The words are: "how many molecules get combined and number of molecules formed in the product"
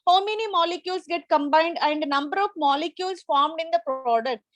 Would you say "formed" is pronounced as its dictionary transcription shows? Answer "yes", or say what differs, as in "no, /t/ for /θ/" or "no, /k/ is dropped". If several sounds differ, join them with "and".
yes